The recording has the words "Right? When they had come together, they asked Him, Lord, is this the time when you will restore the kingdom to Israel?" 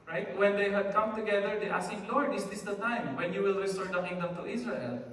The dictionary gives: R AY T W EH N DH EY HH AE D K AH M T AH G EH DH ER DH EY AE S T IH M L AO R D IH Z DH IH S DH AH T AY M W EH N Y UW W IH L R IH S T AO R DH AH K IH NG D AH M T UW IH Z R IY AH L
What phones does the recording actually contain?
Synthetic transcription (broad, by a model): R AY T W EH N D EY HH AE D K AH M T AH G EH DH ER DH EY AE S IH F L AO R D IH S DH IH S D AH T AY M W EH N Y UW W IH L R IH S T AO R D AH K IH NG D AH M T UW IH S R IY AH L